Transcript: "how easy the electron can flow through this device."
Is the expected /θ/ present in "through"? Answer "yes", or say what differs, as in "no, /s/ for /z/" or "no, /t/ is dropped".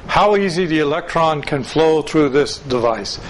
yes